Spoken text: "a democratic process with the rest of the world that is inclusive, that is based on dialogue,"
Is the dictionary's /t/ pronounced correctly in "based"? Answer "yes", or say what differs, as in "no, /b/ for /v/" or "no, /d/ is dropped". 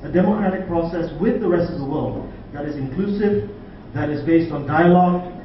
yes